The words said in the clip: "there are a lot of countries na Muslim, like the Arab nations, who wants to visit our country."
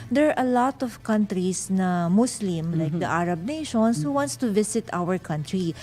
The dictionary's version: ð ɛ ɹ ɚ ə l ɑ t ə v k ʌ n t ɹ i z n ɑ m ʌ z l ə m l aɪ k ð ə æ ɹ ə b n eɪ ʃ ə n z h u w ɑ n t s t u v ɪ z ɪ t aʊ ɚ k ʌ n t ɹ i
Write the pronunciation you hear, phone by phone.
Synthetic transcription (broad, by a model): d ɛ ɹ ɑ ə l ɑ t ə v k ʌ n t ɹ i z n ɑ m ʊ s l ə m l aɪ k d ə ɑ ɹ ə b n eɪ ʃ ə n s h u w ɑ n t s t u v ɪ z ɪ t aʊ ɚ k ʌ n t ɹ i